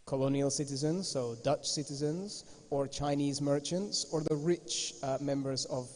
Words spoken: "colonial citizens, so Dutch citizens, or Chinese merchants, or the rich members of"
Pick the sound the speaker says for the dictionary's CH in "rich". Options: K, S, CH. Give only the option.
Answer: CH